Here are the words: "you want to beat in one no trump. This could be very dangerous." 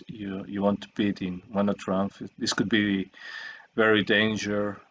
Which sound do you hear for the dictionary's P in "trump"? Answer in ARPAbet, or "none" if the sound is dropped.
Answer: F